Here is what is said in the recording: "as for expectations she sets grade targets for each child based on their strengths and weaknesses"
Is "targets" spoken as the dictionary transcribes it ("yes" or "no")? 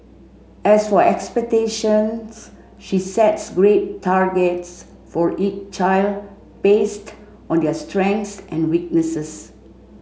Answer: yes